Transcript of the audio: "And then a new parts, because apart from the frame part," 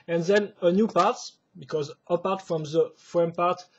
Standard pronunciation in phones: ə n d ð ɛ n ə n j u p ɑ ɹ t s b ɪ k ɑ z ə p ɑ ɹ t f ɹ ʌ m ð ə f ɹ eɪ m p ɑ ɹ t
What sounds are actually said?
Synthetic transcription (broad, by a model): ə n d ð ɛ n ə n j u p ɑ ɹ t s b ɪ k ɑ z ə p ɑ ɹ t f ɹ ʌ m ð ə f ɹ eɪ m p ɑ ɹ t